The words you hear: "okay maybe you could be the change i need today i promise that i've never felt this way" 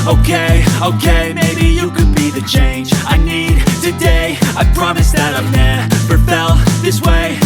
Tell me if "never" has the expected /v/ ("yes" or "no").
no